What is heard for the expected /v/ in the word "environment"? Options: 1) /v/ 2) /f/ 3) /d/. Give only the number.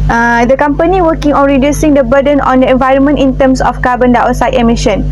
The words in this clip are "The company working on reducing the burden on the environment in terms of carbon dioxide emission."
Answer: 1